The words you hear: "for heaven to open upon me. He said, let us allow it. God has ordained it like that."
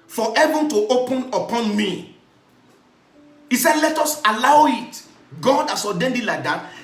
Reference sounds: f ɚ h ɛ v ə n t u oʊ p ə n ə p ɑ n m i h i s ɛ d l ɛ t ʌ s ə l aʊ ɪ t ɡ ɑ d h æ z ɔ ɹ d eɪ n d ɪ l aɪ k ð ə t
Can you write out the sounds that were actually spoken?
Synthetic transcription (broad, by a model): f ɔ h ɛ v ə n t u oʊ p ə n ə p ɑ n m i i s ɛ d l ɛ t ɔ s ə l aʊ ɪ t ɡ ɑ d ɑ s ɔ d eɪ n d ɪ l aɪ k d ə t